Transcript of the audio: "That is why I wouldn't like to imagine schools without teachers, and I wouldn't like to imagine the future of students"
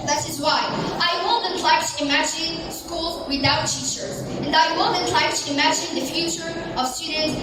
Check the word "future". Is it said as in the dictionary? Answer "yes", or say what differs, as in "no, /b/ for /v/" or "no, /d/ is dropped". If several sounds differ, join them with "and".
yes